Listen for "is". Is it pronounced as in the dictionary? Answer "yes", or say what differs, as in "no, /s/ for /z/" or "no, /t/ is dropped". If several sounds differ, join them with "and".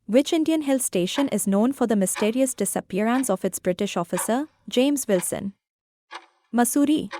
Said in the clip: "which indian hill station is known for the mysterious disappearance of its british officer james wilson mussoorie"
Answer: yes